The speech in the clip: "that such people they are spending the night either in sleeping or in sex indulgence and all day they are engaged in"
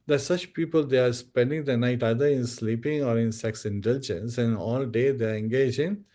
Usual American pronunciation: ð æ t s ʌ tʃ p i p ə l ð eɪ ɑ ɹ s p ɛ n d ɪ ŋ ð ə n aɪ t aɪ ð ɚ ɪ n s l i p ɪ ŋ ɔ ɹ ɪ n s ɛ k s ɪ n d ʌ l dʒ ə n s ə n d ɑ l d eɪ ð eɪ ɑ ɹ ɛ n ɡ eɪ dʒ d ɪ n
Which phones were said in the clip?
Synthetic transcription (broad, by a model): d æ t s ʌ tʃ p i p ə l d eɪ ɑ ɹ s p ɛ n d ɪ ŋ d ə n aɪ t aɪ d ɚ ɪ n s l i p ɪ ŋ ɔ ɹ ɪ n s ɛ k s ɪ n d ʌ l dʒ ə n s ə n ɑ l d eɪ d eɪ ɑ ɹ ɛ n ɡ eɪ dʒ ɪ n